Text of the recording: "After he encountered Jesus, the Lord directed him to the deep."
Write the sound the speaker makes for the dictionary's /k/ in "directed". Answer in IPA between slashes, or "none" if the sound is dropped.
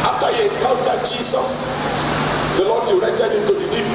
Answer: none